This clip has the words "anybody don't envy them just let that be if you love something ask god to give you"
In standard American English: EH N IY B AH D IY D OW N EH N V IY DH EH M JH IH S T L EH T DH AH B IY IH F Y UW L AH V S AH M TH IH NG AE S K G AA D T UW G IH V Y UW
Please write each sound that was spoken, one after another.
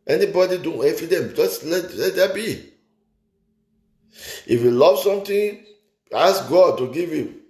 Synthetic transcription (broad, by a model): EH N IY B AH D IY D OW N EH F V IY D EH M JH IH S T L EH T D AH B IY IH F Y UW L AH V S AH M T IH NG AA S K G AA D T UW G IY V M